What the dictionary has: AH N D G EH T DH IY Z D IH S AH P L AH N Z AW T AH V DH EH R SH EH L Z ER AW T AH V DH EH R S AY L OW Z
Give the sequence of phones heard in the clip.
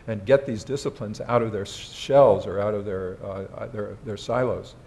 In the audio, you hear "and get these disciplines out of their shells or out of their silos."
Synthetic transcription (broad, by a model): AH N G EH T DH IY Z D IH S AH P L AH N Z AW T AH V DH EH R SH EH L Z ER AW T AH V DH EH R S AY L OW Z